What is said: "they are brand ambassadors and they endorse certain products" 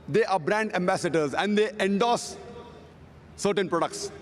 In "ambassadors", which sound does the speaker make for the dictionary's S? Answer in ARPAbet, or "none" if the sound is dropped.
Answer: S